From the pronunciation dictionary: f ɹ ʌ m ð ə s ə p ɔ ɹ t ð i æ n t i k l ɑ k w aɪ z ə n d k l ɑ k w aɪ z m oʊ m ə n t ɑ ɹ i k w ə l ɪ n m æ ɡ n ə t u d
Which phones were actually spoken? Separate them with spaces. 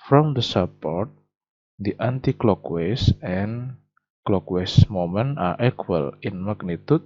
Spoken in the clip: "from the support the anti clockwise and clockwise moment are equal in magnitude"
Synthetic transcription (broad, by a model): f ɹ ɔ m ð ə s ə p ɔ ɹ t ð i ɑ n t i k l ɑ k w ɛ s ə n k l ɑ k w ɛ s m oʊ m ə n ɑ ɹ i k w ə l ɪ n m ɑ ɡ n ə t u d